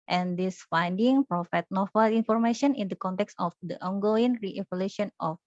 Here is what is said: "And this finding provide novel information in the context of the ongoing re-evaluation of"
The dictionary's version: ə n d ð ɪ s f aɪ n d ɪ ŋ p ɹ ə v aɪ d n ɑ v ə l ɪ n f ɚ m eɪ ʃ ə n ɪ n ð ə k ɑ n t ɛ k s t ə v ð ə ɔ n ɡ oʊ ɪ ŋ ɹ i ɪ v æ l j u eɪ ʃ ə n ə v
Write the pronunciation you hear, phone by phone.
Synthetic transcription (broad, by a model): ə n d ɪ s f aɪ n d ɪ ŋ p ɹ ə f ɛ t n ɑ f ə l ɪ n f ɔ m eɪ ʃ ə n ɪ n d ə k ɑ n t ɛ k s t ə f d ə ɔ n ɡ oʊ ɪ ŋ ɹ i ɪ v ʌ l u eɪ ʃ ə n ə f